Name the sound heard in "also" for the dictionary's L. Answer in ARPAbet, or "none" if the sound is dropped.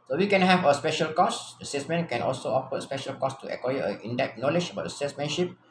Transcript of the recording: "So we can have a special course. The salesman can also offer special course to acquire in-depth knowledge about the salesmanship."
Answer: L